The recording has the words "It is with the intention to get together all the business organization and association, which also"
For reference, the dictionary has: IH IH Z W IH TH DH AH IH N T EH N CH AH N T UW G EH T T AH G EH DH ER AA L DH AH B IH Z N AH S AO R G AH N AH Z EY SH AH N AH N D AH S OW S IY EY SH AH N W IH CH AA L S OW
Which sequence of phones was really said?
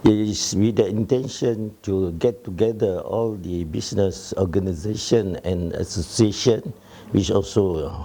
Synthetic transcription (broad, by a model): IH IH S W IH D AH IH N T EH N SH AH N T UW G EH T T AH G EH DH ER AA L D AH B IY S N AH S AO G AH N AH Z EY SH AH N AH N AH S OW S IY EY SH AH N W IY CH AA L S OW